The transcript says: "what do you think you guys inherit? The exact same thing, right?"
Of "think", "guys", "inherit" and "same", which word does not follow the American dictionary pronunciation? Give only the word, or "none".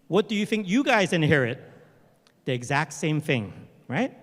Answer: none